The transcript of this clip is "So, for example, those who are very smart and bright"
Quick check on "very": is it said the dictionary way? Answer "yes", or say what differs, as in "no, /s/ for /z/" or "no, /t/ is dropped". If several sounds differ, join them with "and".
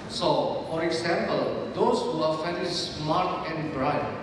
no, /f/ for /v/